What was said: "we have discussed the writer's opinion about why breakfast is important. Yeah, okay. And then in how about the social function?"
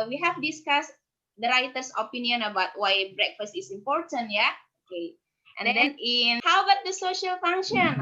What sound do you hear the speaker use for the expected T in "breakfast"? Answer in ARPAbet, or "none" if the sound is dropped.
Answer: T